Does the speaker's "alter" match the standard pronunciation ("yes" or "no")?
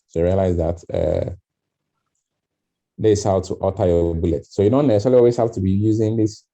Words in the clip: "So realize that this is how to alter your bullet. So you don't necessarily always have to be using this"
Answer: no